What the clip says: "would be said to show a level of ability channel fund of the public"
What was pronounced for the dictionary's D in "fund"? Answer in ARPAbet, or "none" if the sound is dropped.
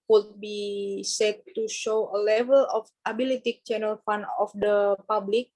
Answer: none